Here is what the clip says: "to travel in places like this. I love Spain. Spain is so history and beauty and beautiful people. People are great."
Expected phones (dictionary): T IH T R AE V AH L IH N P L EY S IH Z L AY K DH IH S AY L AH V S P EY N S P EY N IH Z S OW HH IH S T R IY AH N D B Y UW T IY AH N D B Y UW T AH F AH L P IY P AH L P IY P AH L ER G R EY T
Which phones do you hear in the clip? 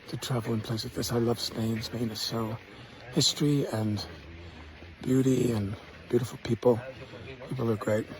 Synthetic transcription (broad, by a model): T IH T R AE V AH L IH N P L EY IH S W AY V DH IH S AY L AH V S P EY N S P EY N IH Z S OW HH IH S T R IY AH N B Y UW T IY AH N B Y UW T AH F L P IY P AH L P IY P L ER G R EY T